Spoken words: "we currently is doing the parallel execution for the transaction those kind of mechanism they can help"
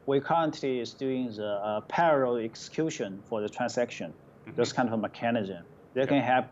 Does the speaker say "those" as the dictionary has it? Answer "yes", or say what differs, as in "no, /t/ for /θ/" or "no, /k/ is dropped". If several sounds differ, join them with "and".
no, /s/ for /z/